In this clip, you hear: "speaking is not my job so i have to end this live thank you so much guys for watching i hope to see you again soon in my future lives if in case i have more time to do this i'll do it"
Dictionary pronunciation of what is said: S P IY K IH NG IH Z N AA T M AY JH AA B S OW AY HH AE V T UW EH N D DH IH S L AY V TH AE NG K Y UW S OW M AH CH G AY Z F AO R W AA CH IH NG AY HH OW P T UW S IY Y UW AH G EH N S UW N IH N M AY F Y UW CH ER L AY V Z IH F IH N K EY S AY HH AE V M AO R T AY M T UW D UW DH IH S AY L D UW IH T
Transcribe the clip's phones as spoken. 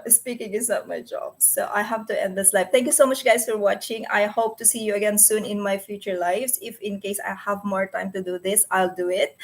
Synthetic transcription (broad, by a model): S P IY K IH NG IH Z N AA T M AY JH AA B S OW AY HH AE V T UW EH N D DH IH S L AY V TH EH NG K Y UW S OW M AH CH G AY S F AO R W AA CH IH NG AY HH OW P T UW S IY Y UW AH G EH N S UW N IH N M AY F Y UW CH ER L AY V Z IH F IH N K EY S AY HH AE V M AO R T AY M T UW D UW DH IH S AY L D UW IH T